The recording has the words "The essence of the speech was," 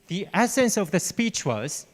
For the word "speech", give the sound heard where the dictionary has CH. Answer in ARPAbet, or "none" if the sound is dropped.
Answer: CH